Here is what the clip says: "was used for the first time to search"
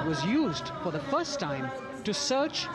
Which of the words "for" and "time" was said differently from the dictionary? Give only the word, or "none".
none